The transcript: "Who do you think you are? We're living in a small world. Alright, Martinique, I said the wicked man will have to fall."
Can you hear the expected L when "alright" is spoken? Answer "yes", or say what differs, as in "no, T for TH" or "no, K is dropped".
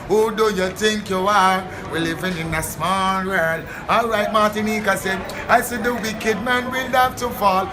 yes